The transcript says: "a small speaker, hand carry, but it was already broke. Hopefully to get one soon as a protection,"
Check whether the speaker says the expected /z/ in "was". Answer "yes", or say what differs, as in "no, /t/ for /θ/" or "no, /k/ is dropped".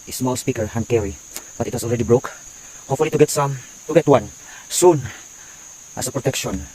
no, /s/ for /z/